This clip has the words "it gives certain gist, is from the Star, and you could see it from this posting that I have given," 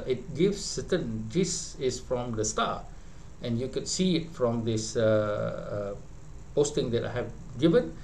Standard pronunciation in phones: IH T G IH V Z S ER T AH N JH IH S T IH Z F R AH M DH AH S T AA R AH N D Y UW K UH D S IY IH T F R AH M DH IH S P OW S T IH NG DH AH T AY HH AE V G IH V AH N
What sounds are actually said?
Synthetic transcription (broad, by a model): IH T G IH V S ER T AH N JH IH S IH S F R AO M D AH S T AA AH N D Y UW K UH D S IY IH T F R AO M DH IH S P OW S T IH NG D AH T AY HH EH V G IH V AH N